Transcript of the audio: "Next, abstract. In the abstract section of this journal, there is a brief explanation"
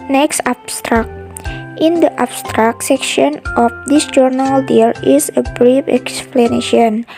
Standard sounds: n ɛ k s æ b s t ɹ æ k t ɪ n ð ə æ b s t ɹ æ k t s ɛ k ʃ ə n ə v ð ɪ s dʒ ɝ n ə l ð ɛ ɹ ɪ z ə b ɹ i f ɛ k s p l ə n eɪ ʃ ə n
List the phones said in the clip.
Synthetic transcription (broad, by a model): n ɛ k s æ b s t ɹ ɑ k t ɪ n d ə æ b s t ɹ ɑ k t s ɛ k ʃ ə n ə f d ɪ s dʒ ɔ n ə l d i l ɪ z ə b ɹ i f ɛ k s p l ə n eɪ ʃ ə n